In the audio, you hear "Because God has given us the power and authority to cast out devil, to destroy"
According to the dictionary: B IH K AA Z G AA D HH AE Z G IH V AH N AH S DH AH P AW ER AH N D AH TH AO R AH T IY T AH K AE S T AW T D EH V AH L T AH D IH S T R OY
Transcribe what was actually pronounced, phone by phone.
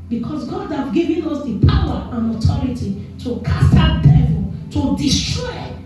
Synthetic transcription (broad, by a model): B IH K AA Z G AA D HH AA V G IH V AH N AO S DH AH P AW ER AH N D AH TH AO R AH T IY T AH K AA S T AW D EH V AH L T AH D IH S T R OY